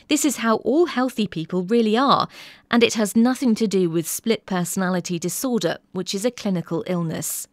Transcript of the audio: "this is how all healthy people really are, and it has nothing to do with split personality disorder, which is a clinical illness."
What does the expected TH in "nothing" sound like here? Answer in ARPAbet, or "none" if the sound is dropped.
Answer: TH